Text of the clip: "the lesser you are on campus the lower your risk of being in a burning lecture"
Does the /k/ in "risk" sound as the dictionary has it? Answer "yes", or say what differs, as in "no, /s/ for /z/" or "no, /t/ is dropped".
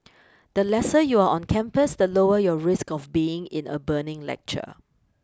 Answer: yes